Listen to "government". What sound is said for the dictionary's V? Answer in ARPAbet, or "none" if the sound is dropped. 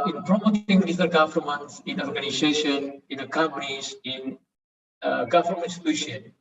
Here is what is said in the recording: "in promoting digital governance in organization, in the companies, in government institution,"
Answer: F